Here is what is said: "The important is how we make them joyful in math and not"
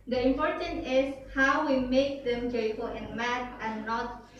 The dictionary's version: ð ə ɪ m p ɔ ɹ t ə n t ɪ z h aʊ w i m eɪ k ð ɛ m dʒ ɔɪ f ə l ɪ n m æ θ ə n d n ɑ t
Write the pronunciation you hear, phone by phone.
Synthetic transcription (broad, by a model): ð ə ɪ m p ɔ ɹ t ə n t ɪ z h aʊ w i m eɪ k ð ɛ m dʒ ɔɪ f ə l ɪ n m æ t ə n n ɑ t